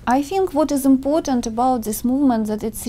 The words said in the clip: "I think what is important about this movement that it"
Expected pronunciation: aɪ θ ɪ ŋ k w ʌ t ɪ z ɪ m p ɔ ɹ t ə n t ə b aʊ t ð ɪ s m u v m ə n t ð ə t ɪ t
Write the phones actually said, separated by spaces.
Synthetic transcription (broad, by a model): aɪ θ ɪ ŋ k w ʌ t ɪ z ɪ m p ɔ ɹ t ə n t ə b aʊ t ð ɪ s m u v m ə n t ð ə t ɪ t